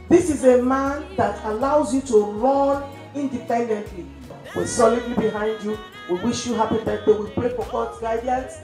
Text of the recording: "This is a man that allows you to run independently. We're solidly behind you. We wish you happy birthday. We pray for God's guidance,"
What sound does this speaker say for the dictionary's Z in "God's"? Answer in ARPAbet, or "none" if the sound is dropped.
none